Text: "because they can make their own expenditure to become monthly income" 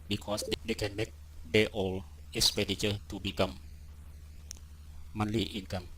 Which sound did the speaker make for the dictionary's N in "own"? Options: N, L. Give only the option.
L